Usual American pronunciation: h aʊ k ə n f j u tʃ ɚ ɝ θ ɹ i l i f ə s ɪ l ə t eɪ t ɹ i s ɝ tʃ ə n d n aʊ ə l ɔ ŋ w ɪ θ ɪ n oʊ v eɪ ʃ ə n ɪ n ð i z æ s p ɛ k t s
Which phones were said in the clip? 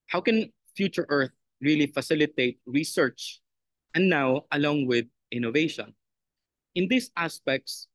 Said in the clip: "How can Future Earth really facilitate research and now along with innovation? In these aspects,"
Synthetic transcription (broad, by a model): h aʊ k ə n f j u tʃ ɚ ɝ θ ɹ i l i f ə s ɪ l ə t eɪ t ɹ i s ɝ tʃ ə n n aʊ ə l ɔ ŋ w ɪ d ɪ n oʊ v eɪ ʃ ə n ɪ n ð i s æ s p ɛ k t s